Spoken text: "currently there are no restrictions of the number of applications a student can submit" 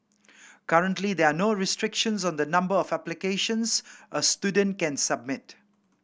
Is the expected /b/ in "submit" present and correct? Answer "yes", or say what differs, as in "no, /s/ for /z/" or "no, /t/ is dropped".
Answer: yes